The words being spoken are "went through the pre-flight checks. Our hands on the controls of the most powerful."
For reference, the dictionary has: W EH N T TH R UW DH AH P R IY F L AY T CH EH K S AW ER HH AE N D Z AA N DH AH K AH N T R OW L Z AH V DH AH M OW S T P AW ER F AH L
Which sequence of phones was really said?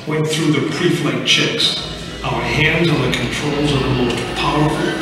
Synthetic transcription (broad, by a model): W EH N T TH R UW DH AH P R IY F L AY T CH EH K S AW ER HH AE N D Z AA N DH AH K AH N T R OW L Z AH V DH AH M OW S T P AW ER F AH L